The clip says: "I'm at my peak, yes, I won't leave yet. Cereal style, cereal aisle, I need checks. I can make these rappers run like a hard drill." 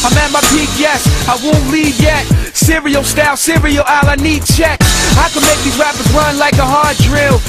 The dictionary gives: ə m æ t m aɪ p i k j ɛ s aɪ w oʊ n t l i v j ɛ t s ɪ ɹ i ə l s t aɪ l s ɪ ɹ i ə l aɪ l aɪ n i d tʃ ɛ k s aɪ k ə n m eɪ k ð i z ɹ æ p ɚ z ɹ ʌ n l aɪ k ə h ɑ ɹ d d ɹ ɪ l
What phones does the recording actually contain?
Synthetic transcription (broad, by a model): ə m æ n m aɪ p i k j ɛ s aɪ w oʊ n t l i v j ɛ t s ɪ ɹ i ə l s t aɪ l s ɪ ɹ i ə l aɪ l aɪ n i d tʃ ɛ k aɪ k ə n m eɪ k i ɹ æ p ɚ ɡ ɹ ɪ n l aɪ k ə h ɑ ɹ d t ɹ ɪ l